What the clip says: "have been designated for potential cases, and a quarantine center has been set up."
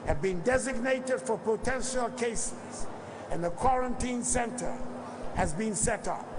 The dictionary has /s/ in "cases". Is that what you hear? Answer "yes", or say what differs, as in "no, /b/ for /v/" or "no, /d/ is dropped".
yes